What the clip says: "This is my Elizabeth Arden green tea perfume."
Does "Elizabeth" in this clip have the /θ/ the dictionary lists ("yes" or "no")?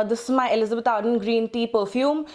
no